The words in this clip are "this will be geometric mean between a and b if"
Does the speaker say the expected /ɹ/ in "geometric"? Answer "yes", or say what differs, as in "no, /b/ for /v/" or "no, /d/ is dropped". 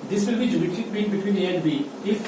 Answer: no, /ɹ/ is dropped